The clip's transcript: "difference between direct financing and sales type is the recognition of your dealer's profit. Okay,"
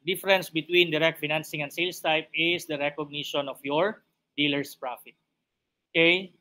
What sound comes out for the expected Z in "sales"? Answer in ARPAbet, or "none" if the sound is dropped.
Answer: S